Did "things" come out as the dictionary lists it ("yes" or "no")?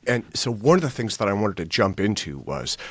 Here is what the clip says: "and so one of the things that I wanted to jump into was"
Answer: yes